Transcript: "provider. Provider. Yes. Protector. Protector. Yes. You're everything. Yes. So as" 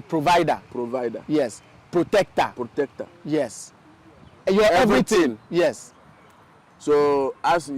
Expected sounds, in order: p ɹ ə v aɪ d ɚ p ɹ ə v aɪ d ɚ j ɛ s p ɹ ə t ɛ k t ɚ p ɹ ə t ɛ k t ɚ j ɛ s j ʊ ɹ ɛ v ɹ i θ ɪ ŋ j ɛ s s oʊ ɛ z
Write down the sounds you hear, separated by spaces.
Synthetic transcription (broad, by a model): p ɹ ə v aɪ d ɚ p ɹ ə v aɪ d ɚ j ɛ s p ɹ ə t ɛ k t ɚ p ɹ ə t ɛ k t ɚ j ɛ s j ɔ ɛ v ɹ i t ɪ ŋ j ɛ s s oʊ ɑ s